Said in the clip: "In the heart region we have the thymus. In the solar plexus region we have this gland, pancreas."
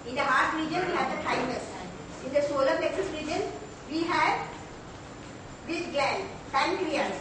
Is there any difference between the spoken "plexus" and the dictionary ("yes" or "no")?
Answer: yes